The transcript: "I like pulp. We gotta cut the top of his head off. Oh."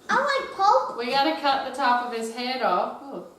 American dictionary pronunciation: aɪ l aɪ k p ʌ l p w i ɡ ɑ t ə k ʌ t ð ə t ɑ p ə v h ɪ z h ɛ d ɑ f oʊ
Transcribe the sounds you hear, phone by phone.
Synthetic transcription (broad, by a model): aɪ w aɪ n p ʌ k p w i ɡ ɑ t ə k ʌ t ð ə t ɑ p ə v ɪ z h ɛ d ɑ f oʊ